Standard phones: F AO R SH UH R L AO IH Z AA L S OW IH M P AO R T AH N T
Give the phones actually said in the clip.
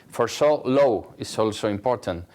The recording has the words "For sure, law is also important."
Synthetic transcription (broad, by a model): F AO R S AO L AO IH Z AA L S OW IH M P AO R T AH N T